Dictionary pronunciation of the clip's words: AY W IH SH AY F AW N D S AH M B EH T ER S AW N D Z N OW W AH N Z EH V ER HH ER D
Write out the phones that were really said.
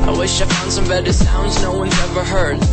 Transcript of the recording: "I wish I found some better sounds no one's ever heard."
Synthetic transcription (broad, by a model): AY W IH SH AY F AW N D S AH M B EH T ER S AW N D Z N OW W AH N EH V ER HH ER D